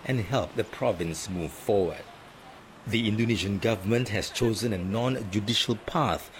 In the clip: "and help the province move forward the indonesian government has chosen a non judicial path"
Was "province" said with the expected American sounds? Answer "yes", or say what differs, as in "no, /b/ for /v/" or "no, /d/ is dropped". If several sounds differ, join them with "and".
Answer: yes